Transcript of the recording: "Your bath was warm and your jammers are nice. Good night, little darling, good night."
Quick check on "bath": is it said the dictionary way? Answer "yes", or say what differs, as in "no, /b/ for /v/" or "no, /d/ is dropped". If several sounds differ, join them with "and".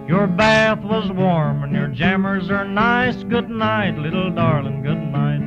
yes